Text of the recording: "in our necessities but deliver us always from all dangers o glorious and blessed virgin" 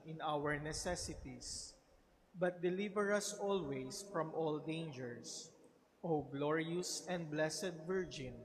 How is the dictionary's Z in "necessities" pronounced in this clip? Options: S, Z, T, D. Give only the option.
S